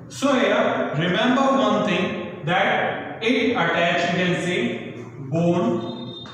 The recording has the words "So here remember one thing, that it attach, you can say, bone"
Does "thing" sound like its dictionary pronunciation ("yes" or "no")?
no